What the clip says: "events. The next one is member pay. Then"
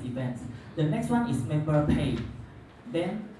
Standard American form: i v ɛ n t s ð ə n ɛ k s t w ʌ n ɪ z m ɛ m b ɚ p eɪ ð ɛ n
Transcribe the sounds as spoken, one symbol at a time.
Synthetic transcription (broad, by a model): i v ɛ n t s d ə n ɛ k s t w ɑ n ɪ s m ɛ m b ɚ p eɪ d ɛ n